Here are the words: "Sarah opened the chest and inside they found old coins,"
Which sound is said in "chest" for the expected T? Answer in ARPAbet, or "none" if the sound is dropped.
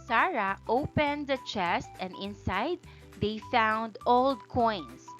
T